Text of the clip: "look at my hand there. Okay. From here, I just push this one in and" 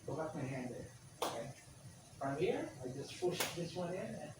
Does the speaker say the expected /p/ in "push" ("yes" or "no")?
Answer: no